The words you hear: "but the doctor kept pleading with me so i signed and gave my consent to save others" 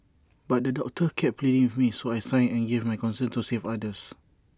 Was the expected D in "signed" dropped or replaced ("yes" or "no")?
yes